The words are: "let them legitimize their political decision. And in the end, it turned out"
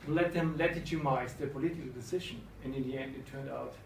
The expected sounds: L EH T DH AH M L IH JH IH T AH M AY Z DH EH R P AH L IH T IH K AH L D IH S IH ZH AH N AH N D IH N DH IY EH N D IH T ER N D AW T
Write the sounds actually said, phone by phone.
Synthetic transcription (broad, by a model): L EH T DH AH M L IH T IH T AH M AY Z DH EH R P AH L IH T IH K L D IH S IH ZH AH N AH N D IH N DH IY EH N D IH T ER N D AW T